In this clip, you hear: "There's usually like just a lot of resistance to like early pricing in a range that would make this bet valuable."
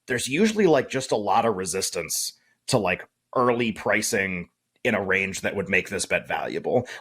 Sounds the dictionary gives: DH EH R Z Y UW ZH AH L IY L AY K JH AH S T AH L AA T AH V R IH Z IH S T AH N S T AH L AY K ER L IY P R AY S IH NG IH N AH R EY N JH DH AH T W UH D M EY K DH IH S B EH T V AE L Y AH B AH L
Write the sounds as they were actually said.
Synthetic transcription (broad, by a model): DH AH R Z Y UW ZH L IY L AY K JH AH S T AH L AA T AH V R IH Z IH S T AH N S T AH L AY K ER L IY P R AY S IH NG IH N AH R EY N JH DH AH T W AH D M EY K DH IH S B EH T V AE L Y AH B L